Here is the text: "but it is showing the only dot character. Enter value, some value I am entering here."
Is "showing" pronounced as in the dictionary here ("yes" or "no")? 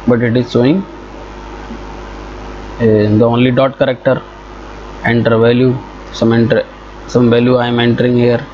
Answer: no